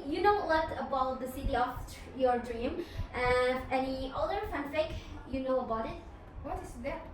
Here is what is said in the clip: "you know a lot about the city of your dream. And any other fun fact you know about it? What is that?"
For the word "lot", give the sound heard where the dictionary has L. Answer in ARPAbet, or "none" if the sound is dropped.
W